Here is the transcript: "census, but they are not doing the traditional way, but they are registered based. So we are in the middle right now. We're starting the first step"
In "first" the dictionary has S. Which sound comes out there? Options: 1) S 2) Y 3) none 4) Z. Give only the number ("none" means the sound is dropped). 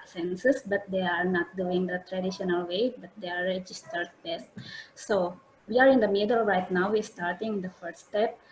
3